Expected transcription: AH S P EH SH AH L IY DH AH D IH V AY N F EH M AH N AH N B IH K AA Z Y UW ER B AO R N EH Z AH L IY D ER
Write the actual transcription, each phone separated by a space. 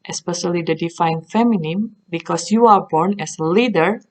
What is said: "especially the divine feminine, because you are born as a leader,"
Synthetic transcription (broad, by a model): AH S P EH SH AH L IY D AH D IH F AY N F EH M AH N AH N B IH K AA S Y UW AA B AO R N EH S AH L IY D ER